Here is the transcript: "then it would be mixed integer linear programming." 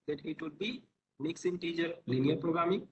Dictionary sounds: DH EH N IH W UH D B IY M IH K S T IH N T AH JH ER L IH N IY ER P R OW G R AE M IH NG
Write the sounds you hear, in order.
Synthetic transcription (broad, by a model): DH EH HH IH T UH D B IY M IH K S IH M T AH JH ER L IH N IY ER P R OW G R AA M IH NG